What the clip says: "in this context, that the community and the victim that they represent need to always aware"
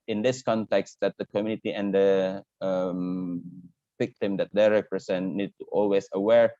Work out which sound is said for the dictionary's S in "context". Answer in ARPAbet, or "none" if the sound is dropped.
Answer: S